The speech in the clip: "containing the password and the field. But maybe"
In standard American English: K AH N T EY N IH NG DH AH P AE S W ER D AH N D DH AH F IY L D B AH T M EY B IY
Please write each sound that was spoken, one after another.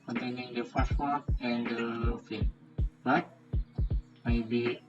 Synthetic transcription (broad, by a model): K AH N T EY N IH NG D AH F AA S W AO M AH N D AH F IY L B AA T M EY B IY